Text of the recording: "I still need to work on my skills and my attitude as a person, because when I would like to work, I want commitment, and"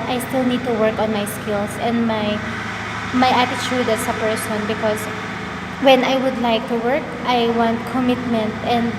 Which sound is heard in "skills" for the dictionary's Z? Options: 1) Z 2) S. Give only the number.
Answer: 2